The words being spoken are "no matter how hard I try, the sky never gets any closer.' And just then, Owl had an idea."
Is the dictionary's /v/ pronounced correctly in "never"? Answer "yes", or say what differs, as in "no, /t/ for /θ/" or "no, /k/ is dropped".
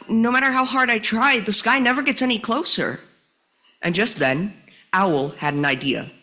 yes